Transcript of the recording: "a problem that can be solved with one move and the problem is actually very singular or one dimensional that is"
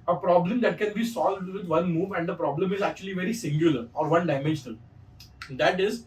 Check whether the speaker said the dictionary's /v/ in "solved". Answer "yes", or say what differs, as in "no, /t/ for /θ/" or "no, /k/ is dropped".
yes